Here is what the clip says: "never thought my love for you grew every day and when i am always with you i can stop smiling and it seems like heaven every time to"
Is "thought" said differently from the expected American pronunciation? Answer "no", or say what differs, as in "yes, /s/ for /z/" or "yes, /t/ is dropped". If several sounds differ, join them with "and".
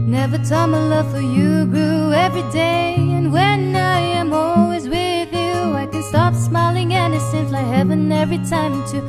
yes, /t/ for /θ/